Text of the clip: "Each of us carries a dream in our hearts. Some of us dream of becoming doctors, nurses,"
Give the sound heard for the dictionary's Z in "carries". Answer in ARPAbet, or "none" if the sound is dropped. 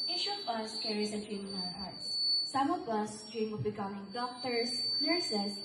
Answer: S